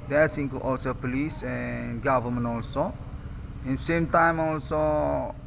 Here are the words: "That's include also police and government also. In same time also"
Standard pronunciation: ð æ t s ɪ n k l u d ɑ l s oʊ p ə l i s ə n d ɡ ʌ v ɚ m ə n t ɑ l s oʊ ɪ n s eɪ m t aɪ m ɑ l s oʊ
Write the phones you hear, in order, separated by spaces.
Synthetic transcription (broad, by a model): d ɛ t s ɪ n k u ɑ l s oʊ p ə l i s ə n ɡ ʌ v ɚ m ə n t ɑ l s oʊ ɪ n s eɪ m t aɪ m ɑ l s oʊ